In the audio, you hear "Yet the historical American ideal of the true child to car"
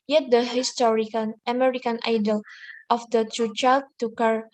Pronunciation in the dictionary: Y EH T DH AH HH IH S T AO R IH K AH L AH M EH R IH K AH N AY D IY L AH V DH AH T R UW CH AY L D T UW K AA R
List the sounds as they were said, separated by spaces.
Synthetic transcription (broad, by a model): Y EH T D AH HH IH S T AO R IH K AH N AH M EH R IH K AH N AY D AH L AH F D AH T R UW CH AY L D T UW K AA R